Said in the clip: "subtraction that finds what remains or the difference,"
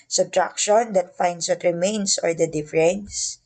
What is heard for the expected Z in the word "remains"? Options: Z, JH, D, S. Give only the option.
S